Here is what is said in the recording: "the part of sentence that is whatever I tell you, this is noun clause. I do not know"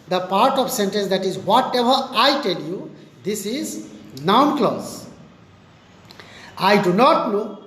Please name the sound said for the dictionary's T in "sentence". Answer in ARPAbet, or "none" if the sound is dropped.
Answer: T